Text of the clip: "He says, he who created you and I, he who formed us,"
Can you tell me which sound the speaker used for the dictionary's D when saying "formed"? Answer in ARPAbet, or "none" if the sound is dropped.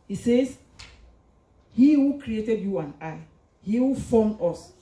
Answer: none